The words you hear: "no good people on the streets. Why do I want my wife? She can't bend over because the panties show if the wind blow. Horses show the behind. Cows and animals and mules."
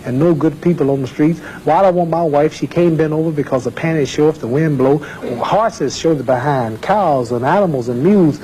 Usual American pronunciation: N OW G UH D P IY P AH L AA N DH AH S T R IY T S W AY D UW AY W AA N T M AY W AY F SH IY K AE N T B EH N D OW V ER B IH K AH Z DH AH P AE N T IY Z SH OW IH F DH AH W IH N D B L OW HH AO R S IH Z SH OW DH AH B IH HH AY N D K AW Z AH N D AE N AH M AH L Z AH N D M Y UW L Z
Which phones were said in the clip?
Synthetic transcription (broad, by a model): N OW G UH D P IY P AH L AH N DH AH S T R IY T S W AY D AY W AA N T M AY W AY F SH IY K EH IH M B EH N OW V ER B IH K AH Z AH P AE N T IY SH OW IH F DH AH W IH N B L OW HH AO R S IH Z SH OW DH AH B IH HH AY N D K AW Z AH N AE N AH M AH L Z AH N M Y UW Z